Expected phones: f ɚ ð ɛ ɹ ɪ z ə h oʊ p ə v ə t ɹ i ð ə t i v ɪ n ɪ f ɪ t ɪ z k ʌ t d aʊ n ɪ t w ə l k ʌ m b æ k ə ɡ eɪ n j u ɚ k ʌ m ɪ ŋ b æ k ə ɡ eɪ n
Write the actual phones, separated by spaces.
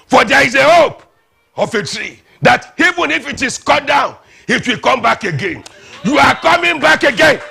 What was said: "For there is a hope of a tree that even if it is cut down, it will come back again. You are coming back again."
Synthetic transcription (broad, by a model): f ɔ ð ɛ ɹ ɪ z ə h oʊ p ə f ə t ɹ i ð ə t i v ɪ n ɪ f ɪ t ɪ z k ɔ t d aʊ n ɪ t w ə l k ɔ m b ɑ k ə ɡ eɪ n j u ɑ k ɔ m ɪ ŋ b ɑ k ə ɡ eɪ n